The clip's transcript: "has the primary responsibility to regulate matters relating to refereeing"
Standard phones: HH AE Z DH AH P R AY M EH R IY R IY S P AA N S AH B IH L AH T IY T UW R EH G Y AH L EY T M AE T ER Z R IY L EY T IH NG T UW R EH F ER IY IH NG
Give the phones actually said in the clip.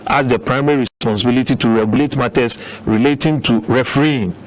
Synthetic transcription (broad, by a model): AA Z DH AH P R AY M EH R IY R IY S P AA N S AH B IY L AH T IY T UW R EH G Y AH L EY T M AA T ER S R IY L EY T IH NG T UW R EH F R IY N